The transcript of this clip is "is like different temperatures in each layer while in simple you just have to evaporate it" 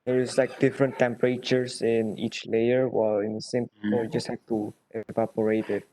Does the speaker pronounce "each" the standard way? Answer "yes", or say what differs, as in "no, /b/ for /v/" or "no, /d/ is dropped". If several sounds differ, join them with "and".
yes